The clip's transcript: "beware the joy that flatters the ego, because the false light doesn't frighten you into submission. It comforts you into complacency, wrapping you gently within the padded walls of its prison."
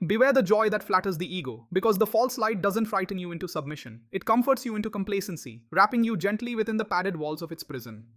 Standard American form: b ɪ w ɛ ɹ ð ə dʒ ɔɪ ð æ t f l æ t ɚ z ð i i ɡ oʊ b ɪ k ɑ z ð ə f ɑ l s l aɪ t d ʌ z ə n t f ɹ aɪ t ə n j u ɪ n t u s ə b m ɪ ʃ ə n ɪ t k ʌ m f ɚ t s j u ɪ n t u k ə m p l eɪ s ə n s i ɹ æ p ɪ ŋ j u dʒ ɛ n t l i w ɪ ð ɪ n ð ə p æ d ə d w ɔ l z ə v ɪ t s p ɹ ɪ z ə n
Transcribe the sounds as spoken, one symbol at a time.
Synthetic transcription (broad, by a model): b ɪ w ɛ ɹ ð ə dʒ ɔɪ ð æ t f l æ t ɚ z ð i i ɡ oʊ b ɪ k ɑ z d ə f ɑ l s l aɪ t d ʌ z ə n t f ɹ aɪ t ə n j u ɪ n t u s ə b m ɪ ʃ ə n ɪ t k ʌ m f ɚ t s j u ɪ n t u k ə m p l eɪ s ə n s i ɹ æ p ɪ ŋ j u dʒ ɛ n t l i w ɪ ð ɪ n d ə p æ d ə d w ɔ l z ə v ɪ t s p ɹ ɪ z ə n